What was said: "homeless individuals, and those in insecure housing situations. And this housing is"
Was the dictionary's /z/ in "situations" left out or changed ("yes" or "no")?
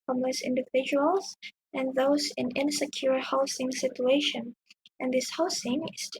yes